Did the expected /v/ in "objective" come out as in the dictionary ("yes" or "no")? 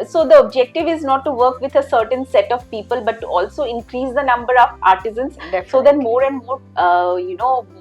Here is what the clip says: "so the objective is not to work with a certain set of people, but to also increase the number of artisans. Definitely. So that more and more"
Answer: yes